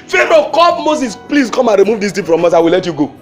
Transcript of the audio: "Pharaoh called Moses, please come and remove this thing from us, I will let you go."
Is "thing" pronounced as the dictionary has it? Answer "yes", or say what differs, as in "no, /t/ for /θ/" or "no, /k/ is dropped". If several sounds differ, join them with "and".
no, /t/ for /θ/